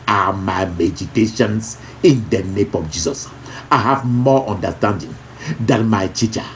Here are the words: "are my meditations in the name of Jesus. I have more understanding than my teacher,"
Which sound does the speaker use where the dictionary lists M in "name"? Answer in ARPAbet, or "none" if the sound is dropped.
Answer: M